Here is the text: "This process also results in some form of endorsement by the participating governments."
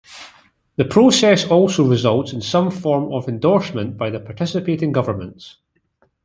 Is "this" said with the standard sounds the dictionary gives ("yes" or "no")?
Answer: no